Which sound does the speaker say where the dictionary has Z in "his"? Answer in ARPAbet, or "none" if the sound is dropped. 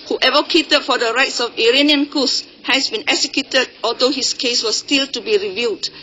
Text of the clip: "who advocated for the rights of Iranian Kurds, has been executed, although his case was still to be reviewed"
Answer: S